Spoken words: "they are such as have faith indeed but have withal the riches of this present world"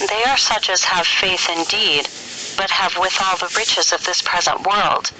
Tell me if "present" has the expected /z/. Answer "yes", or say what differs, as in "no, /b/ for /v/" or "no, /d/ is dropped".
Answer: yes